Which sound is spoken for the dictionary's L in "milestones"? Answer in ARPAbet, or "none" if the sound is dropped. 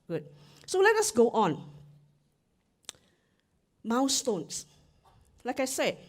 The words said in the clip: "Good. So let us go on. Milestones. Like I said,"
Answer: W